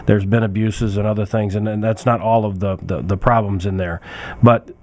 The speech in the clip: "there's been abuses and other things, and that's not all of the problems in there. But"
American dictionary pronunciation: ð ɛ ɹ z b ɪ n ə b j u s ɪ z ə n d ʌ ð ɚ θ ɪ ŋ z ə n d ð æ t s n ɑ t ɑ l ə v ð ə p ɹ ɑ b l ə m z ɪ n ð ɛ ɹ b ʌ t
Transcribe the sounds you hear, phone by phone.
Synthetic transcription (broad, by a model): ð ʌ ɹ z b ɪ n ə b j u s ɪ z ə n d ʌ ð ɚ θ ɪ ŋ z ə n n ð æ t s n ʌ t ɑ l ə v ð ə p ɹ ɑ b l ə m z ɪ n ð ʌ ɹ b ʌ t